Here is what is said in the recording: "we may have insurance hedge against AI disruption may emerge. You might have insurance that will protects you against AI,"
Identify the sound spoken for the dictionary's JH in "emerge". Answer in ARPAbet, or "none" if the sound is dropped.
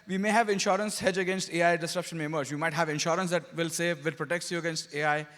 Z